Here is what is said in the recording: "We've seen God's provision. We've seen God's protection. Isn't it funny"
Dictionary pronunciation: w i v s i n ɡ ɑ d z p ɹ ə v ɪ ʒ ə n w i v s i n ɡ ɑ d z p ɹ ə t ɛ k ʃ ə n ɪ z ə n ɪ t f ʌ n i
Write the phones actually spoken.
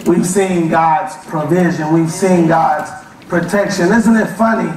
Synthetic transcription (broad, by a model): w i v s i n ɡ ɑ d z p ɹ ə v ɪ ʒ ə n w i v s i n ɡ ɑ d z p ɹ ə t ɛ k ʃ ə n ɪ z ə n ɪ t f ʌ n i